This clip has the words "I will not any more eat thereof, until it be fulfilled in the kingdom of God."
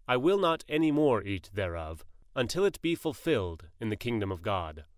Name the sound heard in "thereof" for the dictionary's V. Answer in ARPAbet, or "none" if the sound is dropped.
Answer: V